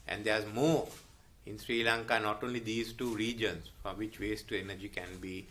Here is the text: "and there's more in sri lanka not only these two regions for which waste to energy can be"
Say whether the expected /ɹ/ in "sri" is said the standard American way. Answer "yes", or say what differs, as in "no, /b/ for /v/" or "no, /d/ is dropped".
yes